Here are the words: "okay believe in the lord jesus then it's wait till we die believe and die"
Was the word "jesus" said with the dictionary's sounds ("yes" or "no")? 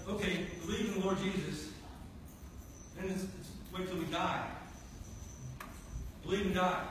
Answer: yes